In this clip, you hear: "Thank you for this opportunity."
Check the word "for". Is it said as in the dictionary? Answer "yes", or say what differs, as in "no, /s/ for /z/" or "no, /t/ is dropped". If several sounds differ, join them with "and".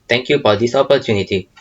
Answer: no, /p/ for /f/